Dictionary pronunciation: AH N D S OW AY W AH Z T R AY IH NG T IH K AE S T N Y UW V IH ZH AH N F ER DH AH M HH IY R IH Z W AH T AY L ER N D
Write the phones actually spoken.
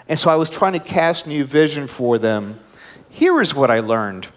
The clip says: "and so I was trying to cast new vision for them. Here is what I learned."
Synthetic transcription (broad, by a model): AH N S OW AY W AH Z T R AY IH NG T IH K AE S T N Y UW V IH ZH AH N F ER DH AH M HH IY R IH Z W AH T AY L ER N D